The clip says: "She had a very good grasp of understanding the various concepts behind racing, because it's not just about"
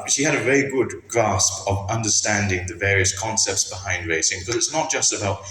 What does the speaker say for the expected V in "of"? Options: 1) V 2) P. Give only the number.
1